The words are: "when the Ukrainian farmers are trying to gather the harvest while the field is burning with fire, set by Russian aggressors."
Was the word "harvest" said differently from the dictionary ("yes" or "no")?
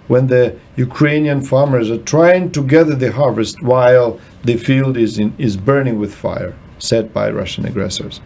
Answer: no